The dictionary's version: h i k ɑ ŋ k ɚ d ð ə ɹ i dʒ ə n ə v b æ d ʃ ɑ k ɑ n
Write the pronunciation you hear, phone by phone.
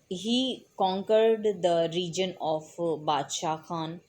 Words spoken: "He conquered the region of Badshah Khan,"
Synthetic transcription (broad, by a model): h i k ɑ ŋ k ɚ d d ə ɹ i dʒ ə n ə f b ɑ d ʃ ɑ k ɑ n